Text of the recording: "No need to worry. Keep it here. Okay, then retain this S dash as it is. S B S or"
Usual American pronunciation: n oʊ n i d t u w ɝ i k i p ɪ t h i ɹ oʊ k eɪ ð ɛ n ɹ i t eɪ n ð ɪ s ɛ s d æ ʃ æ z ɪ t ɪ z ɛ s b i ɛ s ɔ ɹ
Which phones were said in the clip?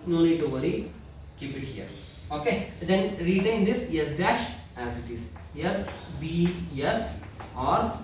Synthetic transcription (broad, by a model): n oʊ n i d t u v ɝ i k i p ɪ t h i ɹ oʊ k eɪ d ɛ n ɹ i t eɪ n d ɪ s ɛ s d æ ʃ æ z ɪ t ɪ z ɛ s b i ɛ s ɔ ɹ